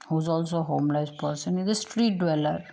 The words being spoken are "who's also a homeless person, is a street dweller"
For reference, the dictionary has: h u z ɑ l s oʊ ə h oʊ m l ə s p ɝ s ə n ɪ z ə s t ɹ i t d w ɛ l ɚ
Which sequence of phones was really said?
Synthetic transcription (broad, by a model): h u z ɑ l s oʊ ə h oʊ m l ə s p ɝ s ə n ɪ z ə s t ɹ i t d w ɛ l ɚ